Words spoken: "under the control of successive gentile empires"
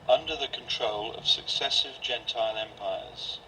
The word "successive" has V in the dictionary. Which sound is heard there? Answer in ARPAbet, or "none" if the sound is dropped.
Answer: V